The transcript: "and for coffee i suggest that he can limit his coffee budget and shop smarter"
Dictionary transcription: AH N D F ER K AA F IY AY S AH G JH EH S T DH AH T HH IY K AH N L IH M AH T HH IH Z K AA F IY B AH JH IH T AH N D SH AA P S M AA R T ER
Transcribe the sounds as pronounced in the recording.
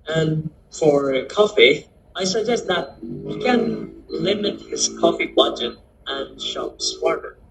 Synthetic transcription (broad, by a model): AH N F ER K AA F IY AY S AH G JH EH S T DH AH T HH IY K AH N L IH M AH T HH IH Z K AA F IY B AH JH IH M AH N SH AA P S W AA R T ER